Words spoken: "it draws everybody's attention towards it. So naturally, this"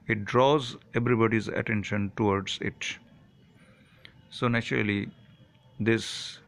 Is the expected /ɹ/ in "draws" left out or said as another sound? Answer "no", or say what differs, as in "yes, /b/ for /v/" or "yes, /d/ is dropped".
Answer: no